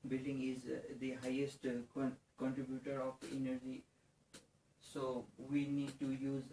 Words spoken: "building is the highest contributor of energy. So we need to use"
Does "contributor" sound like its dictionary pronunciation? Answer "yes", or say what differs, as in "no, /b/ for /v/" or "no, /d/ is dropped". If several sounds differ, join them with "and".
yes